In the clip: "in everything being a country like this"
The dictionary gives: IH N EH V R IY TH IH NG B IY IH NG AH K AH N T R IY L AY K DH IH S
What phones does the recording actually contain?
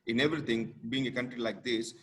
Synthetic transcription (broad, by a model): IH N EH V R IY T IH NG B IY IH NG AH K AH N T R IY L AY K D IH S